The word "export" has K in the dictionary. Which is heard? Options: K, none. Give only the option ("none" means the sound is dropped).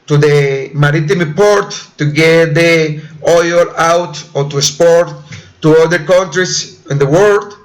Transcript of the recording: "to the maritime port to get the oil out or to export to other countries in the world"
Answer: none